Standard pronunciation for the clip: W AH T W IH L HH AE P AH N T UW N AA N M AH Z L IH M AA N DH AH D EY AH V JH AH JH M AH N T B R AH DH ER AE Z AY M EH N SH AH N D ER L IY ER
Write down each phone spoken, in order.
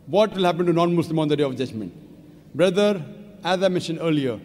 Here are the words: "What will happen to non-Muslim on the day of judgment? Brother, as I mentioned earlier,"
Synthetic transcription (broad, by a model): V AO T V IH L HH AE P AH N T UW N AA N M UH S L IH M AA N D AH D EY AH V JH AH JH M AH N T B R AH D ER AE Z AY M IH SH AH N ER L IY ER